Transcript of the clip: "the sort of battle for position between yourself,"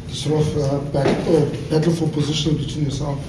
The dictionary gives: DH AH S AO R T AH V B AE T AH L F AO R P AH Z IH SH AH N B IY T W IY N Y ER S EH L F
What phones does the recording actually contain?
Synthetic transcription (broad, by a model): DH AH S AO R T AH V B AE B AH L F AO L P AH Z IH SH AH N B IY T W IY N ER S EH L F